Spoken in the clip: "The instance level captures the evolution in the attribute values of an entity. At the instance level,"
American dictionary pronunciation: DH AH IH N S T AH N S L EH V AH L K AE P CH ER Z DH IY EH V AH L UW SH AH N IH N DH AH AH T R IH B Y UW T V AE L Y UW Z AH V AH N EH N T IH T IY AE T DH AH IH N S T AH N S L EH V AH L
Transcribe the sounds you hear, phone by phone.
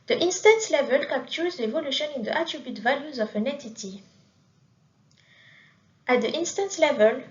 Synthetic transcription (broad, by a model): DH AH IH N S T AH N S L EH V AH L K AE P CH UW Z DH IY EH V AH L UW SH AH N IH N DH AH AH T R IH B Y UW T V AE L Y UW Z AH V AH N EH T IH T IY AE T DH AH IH N S T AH N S L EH V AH L